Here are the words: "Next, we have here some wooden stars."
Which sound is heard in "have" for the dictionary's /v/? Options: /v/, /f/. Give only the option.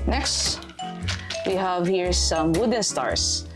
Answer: /v/